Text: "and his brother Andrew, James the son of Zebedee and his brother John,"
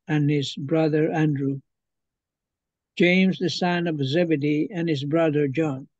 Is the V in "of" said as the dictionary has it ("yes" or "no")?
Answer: yes